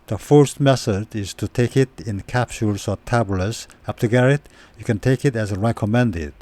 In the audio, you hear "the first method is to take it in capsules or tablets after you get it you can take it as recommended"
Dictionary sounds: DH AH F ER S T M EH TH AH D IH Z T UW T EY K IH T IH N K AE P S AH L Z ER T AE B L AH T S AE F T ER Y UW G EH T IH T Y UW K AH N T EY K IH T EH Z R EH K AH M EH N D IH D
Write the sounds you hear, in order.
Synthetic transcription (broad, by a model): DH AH F ER S T M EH S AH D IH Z T UW T EY K IH T IH N K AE P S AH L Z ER T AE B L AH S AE P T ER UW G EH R IH T Y UW K AH N T EY K IH T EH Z R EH K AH M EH N D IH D